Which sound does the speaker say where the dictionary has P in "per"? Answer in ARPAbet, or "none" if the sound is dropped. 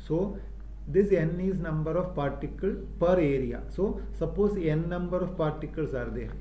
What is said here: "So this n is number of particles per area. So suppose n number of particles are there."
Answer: P